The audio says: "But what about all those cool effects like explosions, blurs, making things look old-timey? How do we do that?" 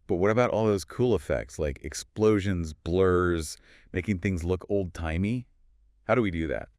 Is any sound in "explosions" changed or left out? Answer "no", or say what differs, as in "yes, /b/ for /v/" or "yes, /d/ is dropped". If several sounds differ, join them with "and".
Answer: no